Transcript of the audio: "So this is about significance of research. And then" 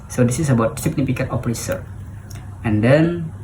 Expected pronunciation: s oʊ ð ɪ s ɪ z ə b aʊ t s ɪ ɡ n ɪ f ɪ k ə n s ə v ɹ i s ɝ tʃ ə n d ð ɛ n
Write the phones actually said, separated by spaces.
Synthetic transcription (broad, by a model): s oʊ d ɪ s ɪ s ə b aʊ t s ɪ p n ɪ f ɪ k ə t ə p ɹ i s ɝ ə n d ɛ n